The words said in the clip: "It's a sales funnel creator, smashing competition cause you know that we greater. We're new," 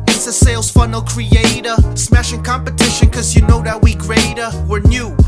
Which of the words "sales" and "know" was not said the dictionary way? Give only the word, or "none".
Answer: none